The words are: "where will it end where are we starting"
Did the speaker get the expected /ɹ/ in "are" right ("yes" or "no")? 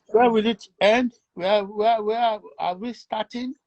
no